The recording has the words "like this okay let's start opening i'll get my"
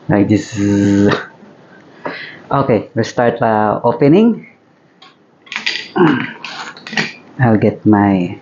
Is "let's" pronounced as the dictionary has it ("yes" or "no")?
no